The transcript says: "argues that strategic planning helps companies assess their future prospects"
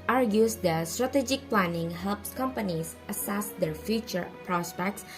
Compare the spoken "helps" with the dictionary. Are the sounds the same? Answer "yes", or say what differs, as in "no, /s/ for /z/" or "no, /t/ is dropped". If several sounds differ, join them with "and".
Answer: yes